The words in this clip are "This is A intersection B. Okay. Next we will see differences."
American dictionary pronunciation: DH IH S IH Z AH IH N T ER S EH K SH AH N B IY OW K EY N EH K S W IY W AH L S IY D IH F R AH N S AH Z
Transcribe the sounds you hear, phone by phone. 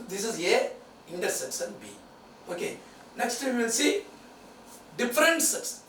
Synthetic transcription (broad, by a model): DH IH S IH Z AH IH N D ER S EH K S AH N B IY OW K EY N EH K S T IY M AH N S IY D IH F R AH N S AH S